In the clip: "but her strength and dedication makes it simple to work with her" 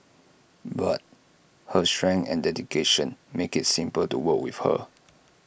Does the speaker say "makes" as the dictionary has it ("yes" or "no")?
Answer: no